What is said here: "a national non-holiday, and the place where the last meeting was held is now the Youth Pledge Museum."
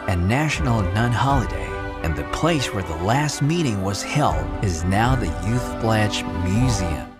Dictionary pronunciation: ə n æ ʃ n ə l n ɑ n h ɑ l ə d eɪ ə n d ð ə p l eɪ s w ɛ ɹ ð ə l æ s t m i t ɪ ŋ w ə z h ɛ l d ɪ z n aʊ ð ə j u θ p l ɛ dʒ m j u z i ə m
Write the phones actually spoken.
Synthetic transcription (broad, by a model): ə n æ ʃ n l n ɑ n h ɑ l ə d eɪ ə n ð ə p l eɪ s w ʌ ɹ ð ə l æ s t m i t ɪ ŋ w ə z h ɛ l d ɪ z n aʊ ð ə j u θ b l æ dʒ m j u z i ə m